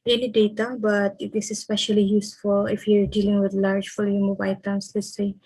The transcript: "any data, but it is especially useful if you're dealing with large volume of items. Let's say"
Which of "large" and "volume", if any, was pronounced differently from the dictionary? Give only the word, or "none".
volume